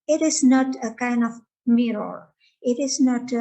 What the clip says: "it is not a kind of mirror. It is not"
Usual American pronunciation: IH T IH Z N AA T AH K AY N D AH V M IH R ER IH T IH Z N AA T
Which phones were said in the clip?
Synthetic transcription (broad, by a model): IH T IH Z N AA T AH K AY N D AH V M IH R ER IH T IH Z N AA T